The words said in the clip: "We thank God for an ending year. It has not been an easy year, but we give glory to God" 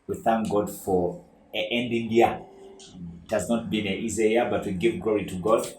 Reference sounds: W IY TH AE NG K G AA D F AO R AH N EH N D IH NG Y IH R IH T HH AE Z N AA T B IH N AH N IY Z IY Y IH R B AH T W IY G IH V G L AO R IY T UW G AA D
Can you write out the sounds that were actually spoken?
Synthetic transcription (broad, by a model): W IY TH AE NG K G AA D F AO R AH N EH N D IH NG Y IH IH T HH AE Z N AA T B IH N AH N IY Z IY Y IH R B AH T W IY G IH V G L AO R IY T UW G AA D